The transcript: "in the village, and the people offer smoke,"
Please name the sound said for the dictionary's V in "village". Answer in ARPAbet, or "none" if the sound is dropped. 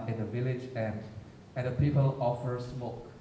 V